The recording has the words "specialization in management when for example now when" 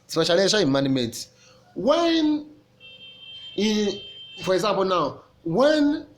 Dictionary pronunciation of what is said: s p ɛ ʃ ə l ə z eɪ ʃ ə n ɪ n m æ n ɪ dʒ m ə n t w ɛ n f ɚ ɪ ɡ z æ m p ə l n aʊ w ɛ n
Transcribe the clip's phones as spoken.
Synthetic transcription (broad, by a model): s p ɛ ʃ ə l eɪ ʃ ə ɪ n m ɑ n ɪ m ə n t w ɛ n f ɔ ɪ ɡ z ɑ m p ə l n aʊ w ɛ n